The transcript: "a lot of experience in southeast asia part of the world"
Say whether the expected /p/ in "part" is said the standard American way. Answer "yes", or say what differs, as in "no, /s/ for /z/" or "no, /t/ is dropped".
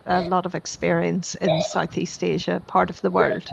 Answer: yes